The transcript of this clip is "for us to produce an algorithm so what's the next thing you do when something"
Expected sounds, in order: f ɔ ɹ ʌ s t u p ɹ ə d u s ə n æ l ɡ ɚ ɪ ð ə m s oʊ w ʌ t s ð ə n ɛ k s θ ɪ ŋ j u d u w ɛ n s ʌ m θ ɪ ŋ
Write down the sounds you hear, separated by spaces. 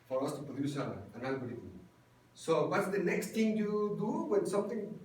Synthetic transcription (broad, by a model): f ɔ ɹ ʌ s t u p ɹ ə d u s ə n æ n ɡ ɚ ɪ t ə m s oʊ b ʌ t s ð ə n ɛ k s t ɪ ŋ j u d u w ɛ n s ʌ m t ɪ ŋ